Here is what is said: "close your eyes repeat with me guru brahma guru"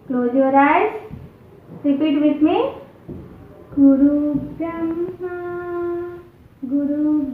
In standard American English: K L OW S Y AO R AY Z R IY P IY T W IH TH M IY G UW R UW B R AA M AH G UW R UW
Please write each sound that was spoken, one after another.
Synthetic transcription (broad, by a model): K L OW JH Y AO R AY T R IY P IY T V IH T M IY G UW R UW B AA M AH G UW R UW